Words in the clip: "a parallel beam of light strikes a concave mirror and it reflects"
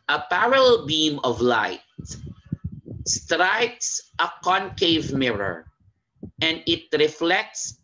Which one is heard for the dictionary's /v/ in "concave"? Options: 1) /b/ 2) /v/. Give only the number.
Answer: 2